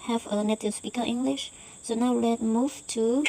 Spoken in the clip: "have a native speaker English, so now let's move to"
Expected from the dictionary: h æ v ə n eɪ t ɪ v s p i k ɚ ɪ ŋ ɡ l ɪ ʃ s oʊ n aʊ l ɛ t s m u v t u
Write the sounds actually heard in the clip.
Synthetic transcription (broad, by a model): h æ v ə n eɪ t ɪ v s p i k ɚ ɪ ŋ ɡ l ɪ ʃ s oʊ n aʊ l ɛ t m u v t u